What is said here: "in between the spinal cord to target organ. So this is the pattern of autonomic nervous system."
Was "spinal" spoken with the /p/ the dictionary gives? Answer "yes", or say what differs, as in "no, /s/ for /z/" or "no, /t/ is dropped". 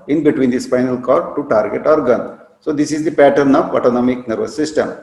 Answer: no, /f/ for /p/